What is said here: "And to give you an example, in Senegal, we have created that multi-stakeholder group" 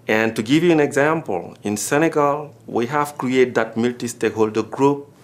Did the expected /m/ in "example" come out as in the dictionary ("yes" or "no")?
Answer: yes